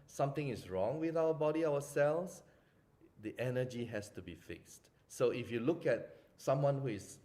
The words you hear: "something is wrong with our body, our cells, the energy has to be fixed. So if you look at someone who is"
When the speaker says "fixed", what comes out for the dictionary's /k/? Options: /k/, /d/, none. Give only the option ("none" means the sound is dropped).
/k/